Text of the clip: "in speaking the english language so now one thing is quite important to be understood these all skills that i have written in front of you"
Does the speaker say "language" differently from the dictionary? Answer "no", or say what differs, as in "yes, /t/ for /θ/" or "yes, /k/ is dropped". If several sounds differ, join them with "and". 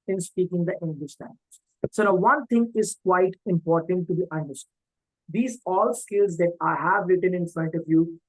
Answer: yes, /z/ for /dʒ/